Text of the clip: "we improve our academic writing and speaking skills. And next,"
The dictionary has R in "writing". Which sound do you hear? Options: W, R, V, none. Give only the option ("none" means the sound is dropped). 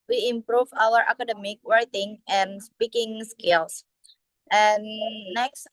W